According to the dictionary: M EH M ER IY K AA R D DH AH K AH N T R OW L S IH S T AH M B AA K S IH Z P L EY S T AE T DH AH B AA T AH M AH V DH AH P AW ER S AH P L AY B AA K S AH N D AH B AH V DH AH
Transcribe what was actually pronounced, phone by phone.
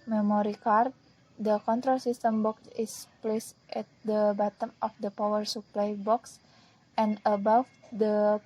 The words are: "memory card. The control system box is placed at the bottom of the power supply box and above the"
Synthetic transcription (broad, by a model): M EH M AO IY K AA R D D AH K AH N T R OW L S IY S T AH M B AA K S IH S P L EY S T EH T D AH B AA T AH M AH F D AH P AW ER S AH P L AY B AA K S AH N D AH B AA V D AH